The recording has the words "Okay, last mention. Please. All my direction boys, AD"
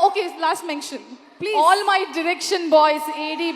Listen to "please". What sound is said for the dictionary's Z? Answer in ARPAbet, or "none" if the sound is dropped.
none